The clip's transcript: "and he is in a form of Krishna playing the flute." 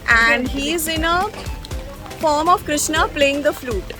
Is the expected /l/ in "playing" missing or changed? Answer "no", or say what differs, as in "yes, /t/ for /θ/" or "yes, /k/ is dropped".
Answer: no